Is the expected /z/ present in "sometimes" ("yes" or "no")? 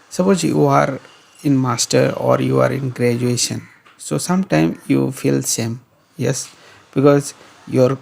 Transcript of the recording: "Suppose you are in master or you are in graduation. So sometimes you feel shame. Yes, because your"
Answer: no